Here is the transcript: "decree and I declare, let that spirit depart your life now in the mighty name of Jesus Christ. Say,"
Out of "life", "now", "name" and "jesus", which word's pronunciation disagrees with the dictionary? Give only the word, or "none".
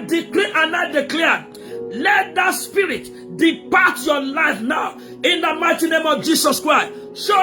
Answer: jesus